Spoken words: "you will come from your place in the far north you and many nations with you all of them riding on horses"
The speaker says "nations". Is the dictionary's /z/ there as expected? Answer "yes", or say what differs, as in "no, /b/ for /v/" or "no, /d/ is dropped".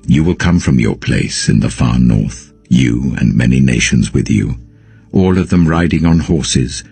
yes